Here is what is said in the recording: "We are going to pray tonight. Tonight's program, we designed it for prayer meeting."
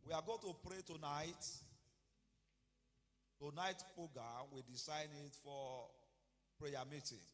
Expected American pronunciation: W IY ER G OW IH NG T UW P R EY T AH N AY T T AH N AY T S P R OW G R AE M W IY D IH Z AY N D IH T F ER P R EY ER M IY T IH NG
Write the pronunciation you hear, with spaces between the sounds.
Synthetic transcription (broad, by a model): W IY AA G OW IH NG T UW P R EY T AH N AY T T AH N AY T P R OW G R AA M W IY D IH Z AY N IH T F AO P R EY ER M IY T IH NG